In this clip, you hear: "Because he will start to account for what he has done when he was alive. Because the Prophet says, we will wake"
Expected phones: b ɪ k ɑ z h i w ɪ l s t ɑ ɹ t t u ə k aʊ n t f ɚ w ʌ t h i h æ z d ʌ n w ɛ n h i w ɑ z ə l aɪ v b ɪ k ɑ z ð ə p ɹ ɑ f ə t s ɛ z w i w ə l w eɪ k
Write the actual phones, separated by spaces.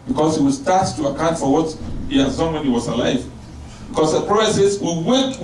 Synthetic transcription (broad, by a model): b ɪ k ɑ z h i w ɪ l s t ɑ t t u ə k aʊ n t f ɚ w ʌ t h i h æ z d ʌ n w ɛ n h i w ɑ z ə l aɪ v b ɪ k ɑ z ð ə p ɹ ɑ ə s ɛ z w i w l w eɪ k